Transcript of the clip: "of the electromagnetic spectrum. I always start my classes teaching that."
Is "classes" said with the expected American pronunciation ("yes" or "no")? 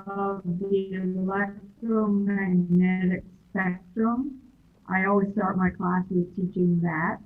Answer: yes